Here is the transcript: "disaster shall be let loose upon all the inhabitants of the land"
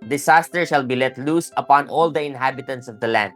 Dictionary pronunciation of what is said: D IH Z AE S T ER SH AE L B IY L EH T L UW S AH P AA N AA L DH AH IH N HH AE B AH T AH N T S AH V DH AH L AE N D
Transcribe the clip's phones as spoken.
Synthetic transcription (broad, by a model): D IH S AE S T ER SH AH L B IY L EH T L UW S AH P AA N AA L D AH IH N HH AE B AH T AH N T S AH V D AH L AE N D